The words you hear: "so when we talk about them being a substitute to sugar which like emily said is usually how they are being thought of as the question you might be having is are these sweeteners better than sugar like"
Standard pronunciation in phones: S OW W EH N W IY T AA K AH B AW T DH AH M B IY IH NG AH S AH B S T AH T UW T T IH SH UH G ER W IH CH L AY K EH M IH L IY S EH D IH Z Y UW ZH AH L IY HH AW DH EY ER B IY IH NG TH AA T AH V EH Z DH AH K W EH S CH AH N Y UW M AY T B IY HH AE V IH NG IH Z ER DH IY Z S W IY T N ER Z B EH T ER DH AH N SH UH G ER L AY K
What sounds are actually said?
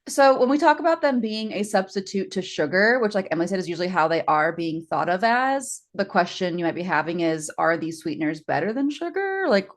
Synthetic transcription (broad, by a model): S OW W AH N W IY T AA K AH B AW T DH AH M B IY IH NG AH S AH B S T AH T UW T T IH SH UH G ER W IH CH L AY K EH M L IY S EH D IH Z Y UW ZH L IY HH AW DH EY ER B IY IH NG TH AA T AH V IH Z DH AH K W EH S CH AH N Y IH M AY T B IY HH AE V IH NG IH Z ER DH IY Z S W IY T N ER Z B EH T ER DH AH N SH UH G ER L AY K